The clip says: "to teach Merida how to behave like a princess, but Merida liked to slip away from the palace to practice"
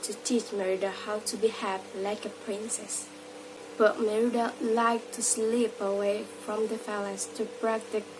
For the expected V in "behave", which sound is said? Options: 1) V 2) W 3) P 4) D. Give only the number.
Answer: 3